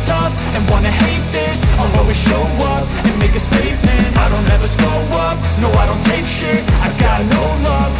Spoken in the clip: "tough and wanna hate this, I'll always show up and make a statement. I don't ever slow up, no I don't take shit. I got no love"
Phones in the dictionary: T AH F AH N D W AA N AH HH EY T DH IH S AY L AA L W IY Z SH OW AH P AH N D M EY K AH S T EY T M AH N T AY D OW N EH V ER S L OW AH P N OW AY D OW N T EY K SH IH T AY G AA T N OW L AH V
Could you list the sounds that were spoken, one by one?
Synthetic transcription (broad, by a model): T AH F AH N W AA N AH HH EY T DH IH S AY W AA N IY SH OW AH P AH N M EY K AH S T EY T M AH N T AY D OW N EH V ER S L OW AH P N OW AY D OW N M EY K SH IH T AY G AA T N OW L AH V